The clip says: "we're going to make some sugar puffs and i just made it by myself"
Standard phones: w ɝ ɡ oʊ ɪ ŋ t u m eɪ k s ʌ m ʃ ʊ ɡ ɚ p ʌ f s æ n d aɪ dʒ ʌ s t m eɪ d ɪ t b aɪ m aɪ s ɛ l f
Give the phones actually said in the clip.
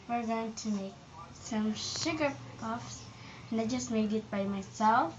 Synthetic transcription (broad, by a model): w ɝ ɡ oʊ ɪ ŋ t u m eɪ k s ʌ m ʃ ʊ ɡ ɚ p ʌ f s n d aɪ dʒ ʌ s t m eɪ d ɪ t b aɪ m aɪ s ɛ l f